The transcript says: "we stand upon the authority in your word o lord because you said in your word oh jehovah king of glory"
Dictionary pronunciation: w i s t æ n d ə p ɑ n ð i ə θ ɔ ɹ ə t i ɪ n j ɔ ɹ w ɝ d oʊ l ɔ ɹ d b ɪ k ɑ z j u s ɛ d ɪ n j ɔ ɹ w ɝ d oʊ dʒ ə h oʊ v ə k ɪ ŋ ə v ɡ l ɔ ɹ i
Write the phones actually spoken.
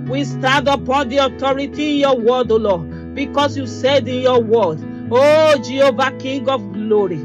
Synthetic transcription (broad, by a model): w i s t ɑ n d ə p ɑ n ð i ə t ɔ ɹ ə t i ɪ n j ɔ w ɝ d oʊ l ɔ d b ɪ k ɑ s j u s ɛ d ɪ n j ɔ w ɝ d oʊ dʒ ə h oʊ v ə k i ŋ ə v ɡ l ɔ ɹ i